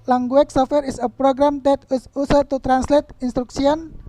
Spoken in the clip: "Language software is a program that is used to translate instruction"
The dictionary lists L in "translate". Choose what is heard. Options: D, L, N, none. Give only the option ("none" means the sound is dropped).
L